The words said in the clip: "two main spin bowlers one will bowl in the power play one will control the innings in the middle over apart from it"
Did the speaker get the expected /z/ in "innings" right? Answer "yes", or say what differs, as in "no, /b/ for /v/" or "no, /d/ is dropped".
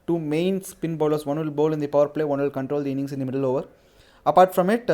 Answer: no, /s/ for /z/